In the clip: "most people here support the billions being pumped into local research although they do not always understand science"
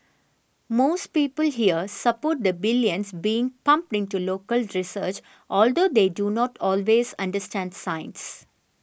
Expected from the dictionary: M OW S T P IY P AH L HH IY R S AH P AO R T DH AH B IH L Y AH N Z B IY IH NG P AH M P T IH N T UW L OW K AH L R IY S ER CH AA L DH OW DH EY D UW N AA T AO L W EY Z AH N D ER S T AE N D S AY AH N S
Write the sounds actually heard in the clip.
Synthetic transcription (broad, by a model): M OW S T P IY P AH L HH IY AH S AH P AO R T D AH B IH L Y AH N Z B IY IH NG P AH M P T IH N T UW L OW K AH L R IY S ER CH AA L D OW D EY D UW N AA T AO L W EY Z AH N D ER S T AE N D S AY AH N S